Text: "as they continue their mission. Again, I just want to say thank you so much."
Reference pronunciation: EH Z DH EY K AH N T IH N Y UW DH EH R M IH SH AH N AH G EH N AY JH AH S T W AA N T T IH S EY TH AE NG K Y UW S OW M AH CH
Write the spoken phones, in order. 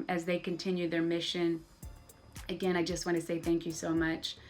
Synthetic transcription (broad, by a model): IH Z DH EY K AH N T IH N Y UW DH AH R M IH SH AH N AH G EH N AY JH AH S T W AA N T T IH S EY TH AE NG K Y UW S OW M AH CH